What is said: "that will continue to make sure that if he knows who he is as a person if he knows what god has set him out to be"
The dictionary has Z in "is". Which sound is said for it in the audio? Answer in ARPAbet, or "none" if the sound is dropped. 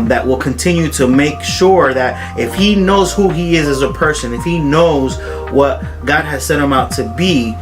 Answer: Z